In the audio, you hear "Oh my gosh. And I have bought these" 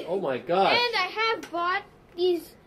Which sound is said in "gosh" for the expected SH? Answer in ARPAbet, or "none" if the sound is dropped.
none